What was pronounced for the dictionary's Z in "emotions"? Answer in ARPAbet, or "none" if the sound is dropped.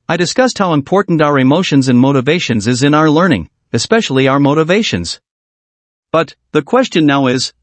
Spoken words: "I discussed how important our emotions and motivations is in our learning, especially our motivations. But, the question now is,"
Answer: Z